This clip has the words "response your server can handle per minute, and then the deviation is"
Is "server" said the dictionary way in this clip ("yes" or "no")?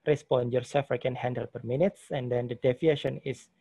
no